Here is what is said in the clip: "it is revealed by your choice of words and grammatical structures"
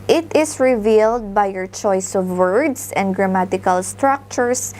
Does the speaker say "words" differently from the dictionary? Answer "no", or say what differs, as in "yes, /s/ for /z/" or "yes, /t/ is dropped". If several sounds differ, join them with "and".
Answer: yes, /s/ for /z/